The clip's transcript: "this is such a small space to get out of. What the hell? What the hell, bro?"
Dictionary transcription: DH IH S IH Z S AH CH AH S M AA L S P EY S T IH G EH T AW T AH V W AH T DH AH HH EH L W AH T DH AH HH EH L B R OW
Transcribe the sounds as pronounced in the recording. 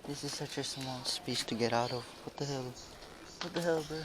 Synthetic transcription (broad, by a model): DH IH S IH Z S AH CH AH S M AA N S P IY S T IH G EH T AW T AH V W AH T DH AH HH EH L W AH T DH AH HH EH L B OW